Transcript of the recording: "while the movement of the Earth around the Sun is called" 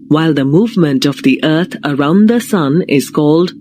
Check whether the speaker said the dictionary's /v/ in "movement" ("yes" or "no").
yes